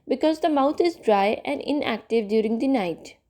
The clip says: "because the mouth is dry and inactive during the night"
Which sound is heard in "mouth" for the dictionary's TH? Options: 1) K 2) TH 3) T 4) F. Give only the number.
3